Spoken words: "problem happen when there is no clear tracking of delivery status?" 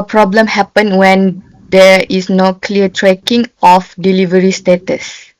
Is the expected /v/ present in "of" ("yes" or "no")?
no